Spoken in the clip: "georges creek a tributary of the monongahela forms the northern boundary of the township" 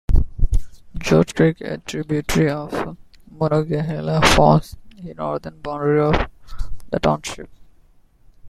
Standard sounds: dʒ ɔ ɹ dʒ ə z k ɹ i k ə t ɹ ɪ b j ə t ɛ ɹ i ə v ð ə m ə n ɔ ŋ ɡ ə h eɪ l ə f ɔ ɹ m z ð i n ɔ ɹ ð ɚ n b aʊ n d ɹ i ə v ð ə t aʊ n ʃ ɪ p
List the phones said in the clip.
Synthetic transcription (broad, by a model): dʒ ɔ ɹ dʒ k ɹ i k ə t ɹ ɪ b j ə t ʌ ɹ i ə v m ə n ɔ ɡ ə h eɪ l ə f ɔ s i n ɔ ɹ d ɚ n b aʊ n d ɹ i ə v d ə t aʊ n ʃ ɪ p